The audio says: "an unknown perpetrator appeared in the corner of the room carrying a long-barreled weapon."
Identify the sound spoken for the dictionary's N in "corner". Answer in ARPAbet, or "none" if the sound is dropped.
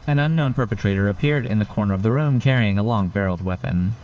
N